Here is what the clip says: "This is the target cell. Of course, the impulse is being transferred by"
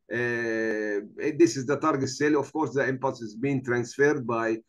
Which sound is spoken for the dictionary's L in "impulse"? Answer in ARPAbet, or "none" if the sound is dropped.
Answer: none